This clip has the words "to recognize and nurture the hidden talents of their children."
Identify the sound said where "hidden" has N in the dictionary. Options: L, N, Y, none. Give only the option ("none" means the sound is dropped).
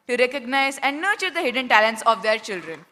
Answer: N